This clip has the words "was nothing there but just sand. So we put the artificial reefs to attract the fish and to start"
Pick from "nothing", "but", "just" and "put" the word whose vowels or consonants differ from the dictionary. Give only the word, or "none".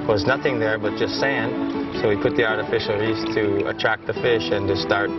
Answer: none